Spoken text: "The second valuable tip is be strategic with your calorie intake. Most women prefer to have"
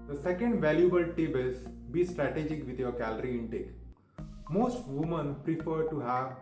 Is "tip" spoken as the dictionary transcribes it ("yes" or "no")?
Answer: no